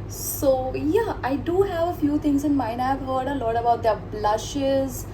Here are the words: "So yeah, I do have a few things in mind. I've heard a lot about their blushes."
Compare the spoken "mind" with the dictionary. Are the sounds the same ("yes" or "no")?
no